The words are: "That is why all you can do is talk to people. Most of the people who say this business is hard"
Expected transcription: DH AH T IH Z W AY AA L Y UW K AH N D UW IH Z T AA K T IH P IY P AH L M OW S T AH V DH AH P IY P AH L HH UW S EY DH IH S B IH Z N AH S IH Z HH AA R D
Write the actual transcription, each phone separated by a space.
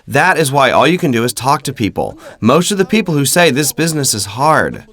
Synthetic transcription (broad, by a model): DH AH T IH Z W AY AA L Y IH K AH N D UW IH Z T AA K T IH P IY P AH L M OW S T AH V DH AH P IY P L HH UW S EY DH IH S B IH Z N AH S IH Z HH AA R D